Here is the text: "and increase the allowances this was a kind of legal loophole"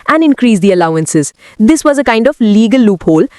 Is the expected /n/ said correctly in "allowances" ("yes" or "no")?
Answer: yes